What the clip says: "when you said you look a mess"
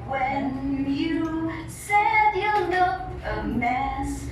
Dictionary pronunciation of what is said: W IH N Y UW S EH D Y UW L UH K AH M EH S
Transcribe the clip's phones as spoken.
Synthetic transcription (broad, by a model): W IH N Y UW S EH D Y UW N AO AH M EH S